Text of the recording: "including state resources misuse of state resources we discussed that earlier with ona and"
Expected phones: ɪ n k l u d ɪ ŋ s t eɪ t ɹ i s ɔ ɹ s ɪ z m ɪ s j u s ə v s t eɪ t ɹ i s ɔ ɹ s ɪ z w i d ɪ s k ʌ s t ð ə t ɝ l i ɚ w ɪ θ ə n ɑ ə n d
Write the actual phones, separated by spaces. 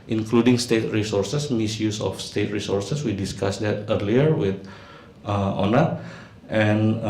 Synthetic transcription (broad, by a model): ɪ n k l u d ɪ ŋ s t eɪ t ɹ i s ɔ ɹ s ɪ s m ɪ s j u s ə f s t eɪ t ɹ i s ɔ ɹ s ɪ s w i d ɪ s k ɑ s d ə t ɝ l i ɚ w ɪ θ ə n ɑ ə n